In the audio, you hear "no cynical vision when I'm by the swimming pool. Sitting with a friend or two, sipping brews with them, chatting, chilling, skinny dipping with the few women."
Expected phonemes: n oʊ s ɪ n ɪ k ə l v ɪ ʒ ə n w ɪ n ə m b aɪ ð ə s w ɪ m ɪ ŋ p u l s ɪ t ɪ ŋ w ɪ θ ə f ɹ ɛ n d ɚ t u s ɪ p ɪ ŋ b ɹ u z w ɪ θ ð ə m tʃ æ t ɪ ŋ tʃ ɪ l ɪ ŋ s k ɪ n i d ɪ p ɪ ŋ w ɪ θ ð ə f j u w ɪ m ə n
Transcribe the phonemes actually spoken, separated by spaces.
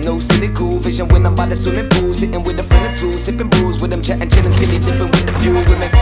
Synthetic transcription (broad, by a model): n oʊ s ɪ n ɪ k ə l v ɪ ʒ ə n w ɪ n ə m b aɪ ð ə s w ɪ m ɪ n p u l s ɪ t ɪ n w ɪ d ə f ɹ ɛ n ɚ t u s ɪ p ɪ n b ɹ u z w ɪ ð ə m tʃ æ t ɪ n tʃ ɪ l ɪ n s ɪ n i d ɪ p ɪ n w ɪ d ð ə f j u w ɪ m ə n